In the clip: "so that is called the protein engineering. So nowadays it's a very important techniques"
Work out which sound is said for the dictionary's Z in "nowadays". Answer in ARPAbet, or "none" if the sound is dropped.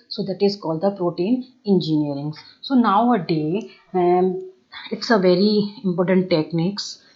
none